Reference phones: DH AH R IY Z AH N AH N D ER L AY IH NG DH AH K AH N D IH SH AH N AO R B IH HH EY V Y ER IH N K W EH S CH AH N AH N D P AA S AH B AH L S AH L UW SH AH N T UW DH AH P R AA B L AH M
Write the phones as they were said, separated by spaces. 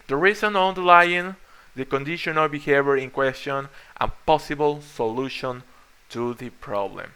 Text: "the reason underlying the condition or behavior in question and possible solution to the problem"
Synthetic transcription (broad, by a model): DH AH R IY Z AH N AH N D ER L AY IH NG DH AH K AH N D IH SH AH N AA L B IH HH EY V Y ER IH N K W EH S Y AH N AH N P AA S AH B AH L S AH L UW SH AH N T UW DH AH P R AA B L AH M